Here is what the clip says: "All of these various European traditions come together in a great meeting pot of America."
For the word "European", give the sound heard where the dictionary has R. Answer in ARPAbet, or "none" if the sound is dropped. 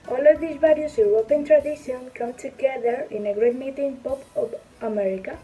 W